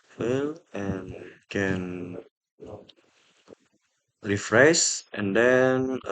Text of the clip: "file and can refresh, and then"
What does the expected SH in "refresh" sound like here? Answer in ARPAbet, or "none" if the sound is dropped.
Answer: S